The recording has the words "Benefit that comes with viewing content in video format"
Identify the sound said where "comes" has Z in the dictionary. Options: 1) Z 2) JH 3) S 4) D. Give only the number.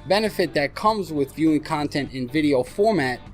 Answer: 1